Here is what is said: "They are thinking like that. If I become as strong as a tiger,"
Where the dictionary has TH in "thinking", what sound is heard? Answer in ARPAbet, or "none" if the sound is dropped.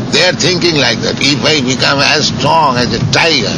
T